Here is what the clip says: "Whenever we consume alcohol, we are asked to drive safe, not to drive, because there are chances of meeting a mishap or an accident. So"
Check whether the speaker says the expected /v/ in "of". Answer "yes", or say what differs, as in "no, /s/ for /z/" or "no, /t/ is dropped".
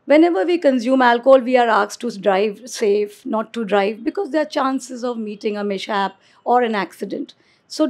yes